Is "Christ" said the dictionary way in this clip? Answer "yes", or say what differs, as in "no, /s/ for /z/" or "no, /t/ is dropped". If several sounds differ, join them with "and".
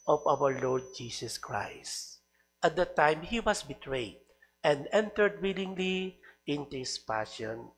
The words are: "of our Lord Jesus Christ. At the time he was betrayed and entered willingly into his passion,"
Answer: yes